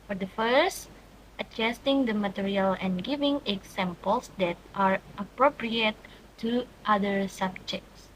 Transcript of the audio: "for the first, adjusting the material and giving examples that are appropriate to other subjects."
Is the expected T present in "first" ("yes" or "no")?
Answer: yes